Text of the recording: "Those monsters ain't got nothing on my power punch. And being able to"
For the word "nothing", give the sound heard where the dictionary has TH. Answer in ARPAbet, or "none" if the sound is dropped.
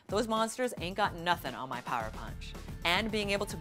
TH